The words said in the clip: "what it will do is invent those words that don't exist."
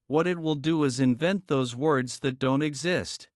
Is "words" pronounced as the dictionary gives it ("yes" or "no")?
yes